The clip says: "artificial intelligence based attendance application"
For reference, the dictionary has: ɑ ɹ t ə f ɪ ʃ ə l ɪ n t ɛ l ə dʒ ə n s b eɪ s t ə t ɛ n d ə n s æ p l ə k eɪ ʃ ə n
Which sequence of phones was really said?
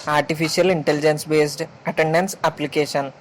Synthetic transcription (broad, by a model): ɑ ɹ t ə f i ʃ ə l ɪ n t ɛ l ə dʒ ə n s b eɪ s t ə t ɛ n d ə n s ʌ p l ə k eɪ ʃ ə n